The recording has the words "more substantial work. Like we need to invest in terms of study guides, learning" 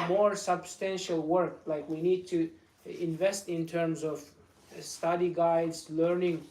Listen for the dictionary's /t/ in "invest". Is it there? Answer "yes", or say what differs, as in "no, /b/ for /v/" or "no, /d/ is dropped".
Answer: yes